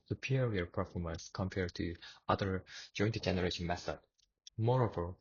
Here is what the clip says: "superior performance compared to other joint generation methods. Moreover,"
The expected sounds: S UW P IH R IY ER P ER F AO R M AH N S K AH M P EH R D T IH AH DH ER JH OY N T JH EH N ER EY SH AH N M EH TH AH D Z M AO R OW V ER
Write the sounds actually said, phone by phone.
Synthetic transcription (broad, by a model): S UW P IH R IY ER P ER F AO R M AH N S K AH M P EH R D T IH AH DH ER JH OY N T JH EH N ER EY SH AH N M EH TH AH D M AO R OW V ER